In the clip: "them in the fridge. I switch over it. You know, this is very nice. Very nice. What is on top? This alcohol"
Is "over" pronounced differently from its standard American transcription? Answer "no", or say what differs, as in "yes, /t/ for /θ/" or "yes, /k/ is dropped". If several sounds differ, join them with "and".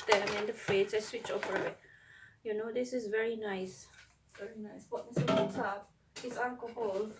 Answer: yes, /p/ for /v/